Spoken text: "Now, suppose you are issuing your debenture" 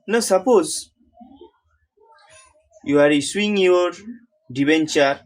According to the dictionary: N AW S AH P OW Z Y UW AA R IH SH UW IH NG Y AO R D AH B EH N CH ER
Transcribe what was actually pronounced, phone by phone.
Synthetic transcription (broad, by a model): N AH S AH P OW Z Y UW AA R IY S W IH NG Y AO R D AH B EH N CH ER